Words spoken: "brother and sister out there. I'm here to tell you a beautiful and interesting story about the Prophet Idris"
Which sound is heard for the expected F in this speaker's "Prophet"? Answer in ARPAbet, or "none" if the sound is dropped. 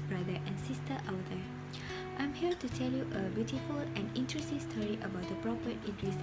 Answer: P